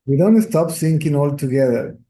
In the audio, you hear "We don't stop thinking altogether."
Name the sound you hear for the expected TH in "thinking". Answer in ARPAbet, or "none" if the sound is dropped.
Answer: S